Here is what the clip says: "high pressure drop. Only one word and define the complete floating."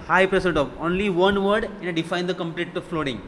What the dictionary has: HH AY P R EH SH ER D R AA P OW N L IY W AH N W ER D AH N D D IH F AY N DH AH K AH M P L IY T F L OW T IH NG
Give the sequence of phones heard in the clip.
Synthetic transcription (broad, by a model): HH AY P R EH S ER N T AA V OW N L IY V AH N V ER D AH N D D IH F AY N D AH K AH M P L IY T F L OW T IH NG